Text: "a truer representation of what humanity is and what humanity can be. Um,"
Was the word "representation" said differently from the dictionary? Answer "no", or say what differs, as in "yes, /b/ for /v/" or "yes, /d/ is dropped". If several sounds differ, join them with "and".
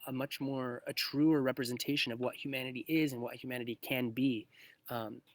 no